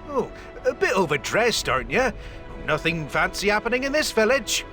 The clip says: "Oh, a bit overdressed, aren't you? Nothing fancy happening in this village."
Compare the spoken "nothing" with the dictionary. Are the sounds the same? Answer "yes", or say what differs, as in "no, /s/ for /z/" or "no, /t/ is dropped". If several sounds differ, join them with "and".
yes